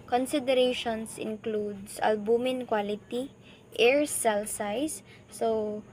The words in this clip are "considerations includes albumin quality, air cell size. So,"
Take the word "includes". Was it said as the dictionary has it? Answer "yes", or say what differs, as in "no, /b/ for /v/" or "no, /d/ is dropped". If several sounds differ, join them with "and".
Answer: no, /s/ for /z/